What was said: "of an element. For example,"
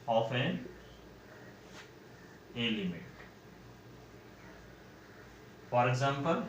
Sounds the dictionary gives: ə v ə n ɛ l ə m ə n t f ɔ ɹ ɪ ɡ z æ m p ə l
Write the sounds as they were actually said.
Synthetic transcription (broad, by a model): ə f ə n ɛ l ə m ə t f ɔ ɹ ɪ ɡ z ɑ m p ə l